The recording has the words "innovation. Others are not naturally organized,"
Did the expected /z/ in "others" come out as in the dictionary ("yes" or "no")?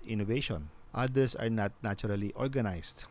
no